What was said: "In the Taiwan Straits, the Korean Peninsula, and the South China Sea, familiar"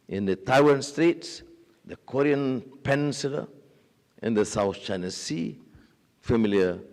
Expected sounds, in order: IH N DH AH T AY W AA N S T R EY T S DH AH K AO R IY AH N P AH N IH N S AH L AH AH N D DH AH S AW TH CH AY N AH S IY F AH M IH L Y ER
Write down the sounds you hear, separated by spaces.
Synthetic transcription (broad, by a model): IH N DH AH T AY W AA N S T R EY T S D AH K AO R IY AH N P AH N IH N S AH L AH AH N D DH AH S AW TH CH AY N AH S IY F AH M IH L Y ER